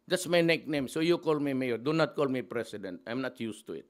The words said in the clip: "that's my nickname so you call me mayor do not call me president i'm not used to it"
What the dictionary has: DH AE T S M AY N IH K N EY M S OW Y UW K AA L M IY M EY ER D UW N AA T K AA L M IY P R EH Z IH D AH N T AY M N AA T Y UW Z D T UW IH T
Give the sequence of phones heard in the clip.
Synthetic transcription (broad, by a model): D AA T S M AY N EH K N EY M S OW Y UW K AA L M IY M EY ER D UW N AA T K AA L M IY P R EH S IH D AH N T AY M N AA T Y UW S T UW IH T